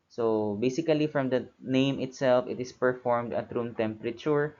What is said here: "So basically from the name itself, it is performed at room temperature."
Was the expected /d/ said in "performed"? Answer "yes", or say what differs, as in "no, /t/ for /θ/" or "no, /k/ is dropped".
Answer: yes